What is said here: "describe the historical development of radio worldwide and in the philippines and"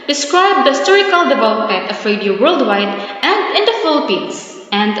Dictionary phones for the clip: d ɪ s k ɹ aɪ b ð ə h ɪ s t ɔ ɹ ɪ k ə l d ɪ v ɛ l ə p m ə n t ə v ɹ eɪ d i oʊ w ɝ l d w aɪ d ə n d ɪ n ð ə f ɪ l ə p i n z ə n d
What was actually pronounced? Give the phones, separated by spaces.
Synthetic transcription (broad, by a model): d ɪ s k ɹ aɪ b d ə h ɪ s t ɔ ɹ ɪ k ə l d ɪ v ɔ ə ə t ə f ɹ eɪ d i oʊ w ɝ l d w aɪ d ə n d ɪ n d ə f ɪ l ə p i n s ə n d